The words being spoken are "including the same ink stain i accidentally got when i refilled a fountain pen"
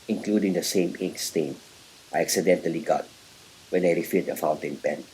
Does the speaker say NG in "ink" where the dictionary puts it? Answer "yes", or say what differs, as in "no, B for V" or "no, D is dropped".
no, NG is dropped